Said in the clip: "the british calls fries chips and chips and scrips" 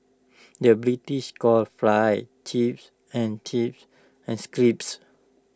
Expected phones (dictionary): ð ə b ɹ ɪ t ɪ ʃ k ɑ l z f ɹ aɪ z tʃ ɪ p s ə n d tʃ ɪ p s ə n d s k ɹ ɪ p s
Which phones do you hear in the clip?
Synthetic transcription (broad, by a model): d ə b ɹ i t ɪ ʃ k ɑ l f l aɪ tʃ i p s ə n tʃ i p s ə n s k ɹ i p s